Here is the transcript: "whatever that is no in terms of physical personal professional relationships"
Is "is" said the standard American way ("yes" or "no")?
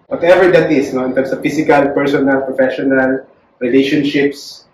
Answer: no